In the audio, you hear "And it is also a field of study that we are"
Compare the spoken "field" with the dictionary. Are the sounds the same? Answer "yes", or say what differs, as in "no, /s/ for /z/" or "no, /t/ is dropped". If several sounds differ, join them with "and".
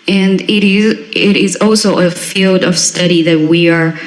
yes